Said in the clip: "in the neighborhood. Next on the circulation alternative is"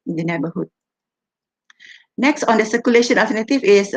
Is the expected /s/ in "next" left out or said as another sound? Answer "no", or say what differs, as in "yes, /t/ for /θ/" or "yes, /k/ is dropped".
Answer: no